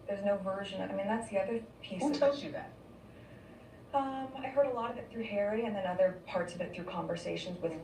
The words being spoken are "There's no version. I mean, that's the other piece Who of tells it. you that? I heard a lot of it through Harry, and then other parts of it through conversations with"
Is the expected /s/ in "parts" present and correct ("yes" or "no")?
yes